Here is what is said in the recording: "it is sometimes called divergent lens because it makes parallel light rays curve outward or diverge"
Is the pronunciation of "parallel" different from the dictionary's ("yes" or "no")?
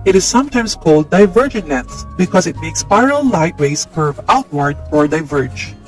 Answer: yes